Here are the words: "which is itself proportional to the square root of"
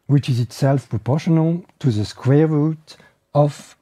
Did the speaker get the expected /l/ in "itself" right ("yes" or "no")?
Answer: yes